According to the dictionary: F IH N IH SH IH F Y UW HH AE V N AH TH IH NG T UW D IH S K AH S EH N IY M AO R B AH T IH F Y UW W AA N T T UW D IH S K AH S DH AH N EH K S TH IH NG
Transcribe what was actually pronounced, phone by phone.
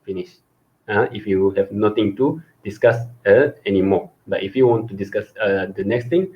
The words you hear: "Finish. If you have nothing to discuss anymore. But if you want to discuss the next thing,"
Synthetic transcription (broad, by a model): F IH N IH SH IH F Y UW HH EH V N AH T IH NG T UW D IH S K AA S EH N IY M AO B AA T IH F Y UW W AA N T T UW D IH S K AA S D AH N EH K S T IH NG